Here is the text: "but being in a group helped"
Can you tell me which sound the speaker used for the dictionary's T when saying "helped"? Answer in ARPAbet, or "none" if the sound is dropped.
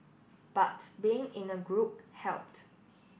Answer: T